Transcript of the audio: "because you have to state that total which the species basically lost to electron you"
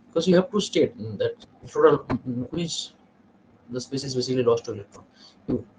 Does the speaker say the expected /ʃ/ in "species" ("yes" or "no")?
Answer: no